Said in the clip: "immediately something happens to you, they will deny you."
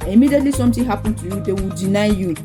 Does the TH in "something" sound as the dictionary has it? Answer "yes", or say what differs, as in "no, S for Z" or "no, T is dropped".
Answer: no, T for TH